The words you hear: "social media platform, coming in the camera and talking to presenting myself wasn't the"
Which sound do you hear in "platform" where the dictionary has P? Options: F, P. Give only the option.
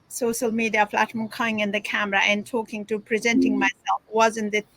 F